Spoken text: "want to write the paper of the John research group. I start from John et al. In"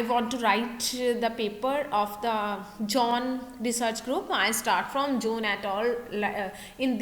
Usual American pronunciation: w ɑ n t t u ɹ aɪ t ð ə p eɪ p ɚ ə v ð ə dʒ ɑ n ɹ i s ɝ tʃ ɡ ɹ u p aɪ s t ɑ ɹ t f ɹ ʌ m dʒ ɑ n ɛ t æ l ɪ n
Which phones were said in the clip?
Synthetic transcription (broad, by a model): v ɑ n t t u ɹ aɪ t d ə p eɪ p ɚ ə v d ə dʒ ɑ n ɹ i s ɝ tʃ ɡ ɹ u p aɪ s t ɑ ɹ t f ɹ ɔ m dʒ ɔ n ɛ t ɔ l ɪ n